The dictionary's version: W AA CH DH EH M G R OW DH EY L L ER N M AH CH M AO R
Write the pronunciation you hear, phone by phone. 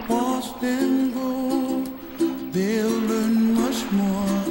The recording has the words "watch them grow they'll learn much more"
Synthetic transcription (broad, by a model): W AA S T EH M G OW DH EY L L ER N M AH CH M AO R